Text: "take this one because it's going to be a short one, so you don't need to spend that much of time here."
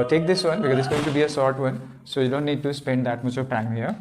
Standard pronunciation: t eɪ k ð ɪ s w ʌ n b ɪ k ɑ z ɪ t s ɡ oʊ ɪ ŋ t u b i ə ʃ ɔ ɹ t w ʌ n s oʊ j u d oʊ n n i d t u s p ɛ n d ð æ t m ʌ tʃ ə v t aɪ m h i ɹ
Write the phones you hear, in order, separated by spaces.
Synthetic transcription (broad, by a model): t eɪ k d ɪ s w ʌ n b ɪ k ɑ z ɪ t s ɡ oʊ ɪ ŋ t u b i ə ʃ ɔ ɹ t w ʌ n s oʊ j u d oʊ n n i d t u s p ɛ n d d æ t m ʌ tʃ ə p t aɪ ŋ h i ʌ